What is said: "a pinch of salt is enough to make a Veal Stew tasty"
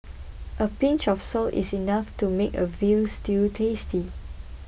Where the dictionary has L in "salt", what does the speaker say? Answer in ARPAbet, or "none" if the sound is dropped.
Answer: L